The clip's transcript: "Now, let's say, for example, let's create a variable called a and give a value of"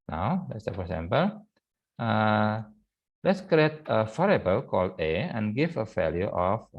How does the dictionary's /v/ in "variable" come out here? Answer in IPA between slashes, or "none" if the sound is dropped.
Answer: /f/